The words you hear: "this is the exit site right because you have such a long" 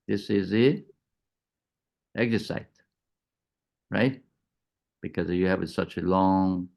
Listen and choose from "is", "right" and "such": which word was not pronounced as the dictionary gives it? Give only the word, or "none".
none